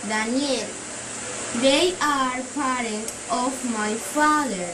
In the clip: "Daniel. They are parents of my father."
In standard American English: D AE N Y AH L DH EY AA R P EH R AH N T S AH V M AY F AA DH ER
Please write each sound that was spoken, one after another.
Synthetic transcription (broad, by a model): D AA N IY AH L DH EY AA R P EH R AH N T AH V M AY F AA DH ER